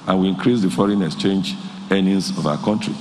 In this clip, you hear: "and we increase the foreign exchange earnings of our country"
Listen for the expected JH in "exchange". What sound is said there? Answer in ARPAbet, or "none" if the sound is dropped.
JH